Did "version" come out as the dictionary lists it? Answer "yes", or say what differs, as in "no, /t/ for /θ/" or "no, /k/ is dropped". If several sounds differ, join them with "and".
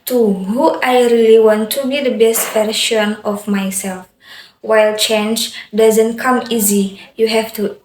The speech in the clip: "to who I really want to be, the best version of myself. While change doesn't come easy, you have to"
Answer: no, /ʃ/ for /ʒ/